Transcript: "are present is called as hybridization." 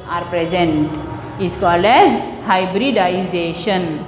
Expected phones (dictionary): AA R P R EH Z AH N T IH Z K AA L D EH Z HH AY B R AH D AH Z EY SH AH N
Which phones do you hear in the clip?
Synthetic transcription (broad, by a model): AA R P R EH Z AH N T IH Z K AA L D EH Z HH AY B R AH D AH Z EY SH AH N